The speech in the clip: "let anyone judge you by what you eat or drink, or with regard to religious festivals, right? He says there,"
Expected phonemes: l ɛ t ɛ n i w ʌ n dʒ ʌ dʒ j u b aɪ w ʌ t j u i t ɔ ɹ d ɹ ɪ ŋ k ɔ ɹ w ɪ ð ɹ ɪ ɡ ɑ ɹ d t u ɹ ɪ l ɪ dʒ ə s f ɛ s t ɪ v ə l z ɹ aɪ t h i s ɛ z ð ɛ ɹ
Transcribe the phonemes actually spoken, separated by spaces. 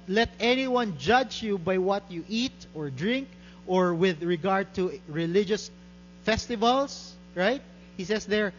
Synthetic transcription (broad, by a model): l ɛ t ɛ n i w ʌ n dʒ ʌ dʒ j u b aɪ w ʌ t j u i t ɔ ɹ d ɹ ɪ ŋ k ɔ ɹ w ɪ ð ɹ ɪ ɡ ɑ ɹ d t u ɹ ɪ l ɪ dʒ ə s f ɛ s t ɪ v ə l s ɹ aɪ t h i s ɛ s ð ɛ ɹ